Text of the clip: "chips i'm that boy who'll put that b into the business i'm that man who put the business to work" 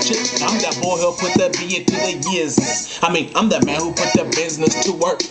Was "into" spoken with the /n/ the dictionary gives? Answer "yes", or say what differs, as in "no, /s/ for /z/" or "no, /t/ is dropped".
no, /n/ is dropped